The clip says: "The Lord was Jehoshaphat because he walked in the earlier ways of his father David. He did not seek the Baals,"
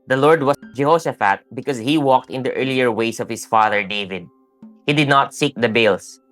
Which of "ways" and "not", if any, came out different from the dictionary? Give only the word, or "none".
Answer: ways